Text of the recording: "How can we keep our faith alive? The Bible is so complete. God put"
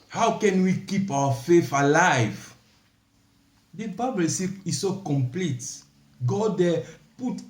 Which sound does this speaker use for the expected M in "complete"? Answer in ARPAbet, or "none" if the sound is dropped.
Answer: M